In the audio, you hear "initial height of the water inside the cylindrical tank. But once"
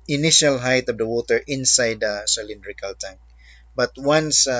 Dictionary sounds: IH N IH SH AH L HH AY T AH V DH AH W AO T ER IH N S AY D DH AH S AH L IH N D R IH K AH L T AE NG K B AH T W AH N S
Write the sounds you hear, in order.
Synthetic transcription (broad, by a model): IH N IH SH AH L HH AY T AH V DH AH W AO T ER IH N S AY D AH S AH L IH N D R IH K AH L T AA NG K B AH T W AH N S